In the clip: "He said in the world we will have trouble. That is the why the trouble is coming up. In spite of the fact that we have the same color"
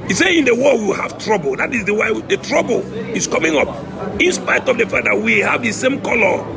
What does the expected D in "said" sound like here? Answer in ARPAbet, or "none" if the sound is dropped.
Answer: none